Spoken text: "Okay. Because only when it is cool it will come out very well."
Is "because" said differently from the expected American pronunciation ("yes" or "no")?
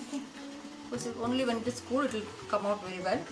yes